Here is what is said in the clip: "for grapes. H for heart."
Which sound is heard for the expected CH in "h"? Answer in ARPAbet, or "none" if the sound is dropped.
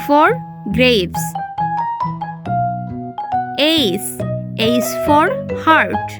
S